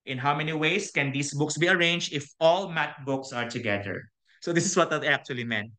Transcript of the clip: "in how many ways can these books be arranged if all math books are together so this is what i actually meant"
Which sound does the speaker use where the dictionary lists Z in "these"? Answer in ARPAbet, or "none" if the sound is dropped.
S